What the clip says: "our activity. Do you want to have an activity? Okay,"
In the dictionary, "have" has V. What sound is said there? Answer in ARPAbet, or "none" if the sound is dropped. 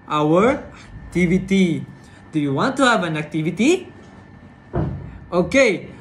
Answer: V